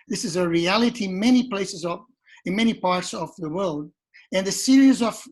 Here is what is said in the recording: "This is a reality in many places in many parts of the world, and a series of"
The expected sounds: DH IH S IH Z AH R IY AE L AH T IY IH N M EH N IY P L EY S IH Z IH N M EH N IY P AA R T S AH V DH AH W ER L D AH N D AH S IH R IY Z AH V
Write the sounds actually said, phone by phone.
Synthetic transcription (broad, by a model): DH IH S IH Z AH R IY AE L AH T IY IH N M EH N IY P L EY S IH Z IH N M EH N IY P AA R T S AH V DH AH W ER L D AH N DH AH S IH R IY Z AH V